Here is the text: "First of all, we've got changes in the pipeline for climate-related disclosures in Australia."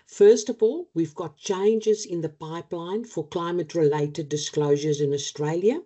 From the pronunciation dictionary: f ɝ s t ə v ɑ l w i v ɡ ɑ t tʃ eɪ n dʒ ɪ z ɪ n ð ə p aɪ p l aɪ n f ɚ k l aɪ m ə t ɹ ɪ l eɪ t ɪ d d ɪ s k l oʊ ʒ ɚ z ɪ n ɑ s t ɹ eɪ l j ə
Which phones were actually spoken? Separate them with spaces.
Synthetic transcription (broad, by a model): f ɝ s t ə v ɑ l w i v ɡ ɑ t tʃ eɪ n dʒ ɪ z ɪ n ð ə p aɪ p l aɪ n f ɚ k l aɪ m ə t ɹ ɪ l eɪ t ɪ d d ɪ s k l oʊ ʒ ɚ z ɪ n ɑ s t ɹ eɪ l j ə